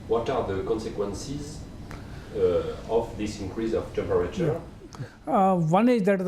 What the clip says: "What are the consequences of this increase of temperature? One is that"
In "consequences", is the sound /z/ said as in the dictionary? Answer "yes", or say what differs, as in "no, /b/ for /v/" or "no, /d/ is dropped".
yes